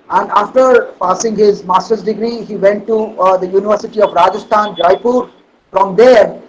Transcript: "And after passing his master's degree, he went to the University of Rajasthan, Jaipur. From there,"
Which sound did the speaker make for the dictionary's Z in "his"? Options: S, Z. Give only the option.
Z